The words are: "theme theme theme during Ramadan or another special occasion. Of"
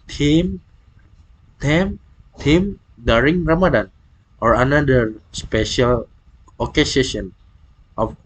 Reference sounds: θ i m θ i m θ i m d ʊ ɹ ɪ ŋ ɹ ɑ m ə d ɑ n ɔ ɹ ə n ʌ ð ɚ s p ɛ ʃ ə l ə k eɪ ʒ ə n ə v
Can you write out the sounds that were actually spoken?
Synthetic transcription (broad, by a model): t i m t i m t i m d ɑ ɹ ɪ ŋ ɹ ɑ m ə d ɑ n ɔ ɹ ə n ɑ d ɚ s p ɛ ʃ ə l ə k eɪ ʃ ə n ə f